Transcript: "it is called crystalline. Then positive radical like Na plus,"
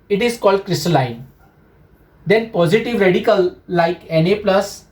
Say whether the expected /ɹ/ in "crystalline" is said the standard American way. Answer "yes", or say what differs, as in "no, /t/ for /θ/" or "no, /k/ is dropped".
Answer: yes